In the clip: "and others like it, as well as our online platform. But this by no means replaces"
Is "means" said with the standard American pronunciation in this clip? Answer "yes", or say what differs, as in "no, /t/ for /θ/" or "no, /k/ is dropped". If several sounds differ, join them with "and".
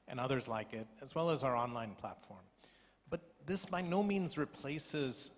yes